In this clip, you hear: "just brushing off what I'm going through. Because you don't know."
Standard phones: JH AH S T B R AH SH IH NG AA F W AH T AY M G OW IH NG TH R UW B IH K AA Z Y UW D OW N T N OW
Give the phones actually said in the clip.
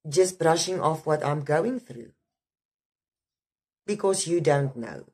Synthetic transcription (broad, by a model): JH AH S T B R AH SH IH NG AA F W AH T AY M G OW IH NG TH R UW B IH K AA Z Y UW D OW N T N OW